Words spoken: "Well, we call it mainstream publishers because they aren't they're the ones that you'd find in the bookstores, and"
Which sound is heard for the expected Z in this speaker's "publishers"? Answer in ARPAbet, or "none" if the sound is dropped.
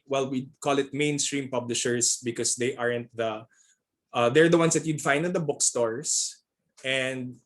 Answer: S